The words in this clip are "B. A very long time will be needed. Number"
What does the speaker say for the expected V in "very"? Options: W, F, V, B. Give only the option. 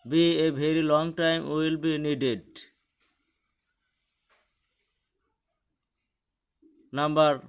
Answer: B